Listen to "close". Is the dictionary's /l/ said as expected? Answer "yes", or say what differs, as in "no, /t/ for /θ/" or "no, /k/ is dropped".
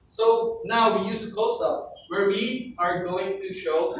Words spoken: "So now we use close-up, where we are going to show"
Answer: no, /l/ is dropped